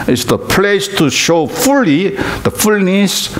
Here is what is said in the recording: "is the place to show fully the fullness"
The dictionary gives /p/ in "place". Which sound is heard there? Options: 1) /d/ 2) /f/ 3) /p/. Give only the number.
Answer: 3